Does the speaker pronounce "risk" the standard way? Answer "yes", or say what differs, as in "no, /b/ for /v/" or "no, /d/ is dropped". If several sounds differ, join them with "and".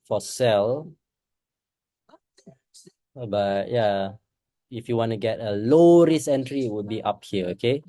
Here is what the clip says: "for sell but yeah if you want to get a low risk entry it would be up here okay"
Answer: no, /k/ is dropped